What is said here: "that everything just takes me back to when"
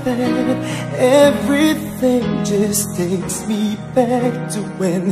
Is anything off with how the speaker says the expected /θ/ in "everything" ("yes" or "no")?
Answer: no